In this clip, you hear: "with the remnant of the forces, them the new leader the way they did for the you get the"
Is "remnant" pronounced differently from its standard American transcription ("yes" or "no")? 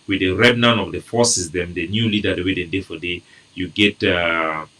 yes